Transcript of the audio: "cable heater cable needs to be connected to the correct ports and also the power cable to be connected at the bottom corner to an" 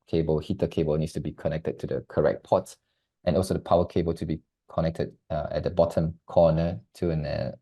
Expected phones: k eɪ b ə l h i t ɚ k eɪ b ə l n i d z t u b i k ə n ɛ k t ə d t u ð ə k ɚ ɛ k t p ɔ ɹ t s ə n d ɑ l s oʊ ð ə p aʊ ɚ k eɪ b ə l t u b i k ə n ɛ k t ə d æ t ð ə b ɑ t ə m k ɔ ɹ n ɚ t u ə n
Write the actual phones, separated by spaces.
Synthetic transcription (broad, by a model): k eɪ b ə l h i t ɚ k eɪ b ə l n i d s t u b i k ə n ɛ k t ə d t u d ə k ɚ ɛ k t p ɔ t t ə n ɑ l s oʊ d ə p aʊ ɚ k eɪ b ə l t u b i k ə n ɛ k t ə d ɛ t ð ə b ɑ t ə m k ɔ n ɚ t u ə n